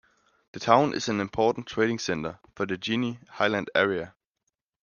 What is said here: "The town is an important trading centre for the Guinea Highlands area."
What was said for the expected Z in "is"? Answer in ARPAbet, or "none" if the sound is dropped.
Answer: S